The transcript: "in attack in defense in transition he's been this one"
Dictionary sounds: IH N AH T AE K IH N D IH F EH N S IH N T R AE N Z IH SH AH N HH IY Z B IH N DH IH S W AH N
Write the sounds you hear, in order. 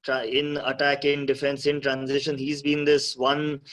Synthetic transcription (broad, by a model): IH N AH T AE K IH N D IH F EH N S IH N T R AE N Z IH SH AH N HH IY Z B IH N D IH S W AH N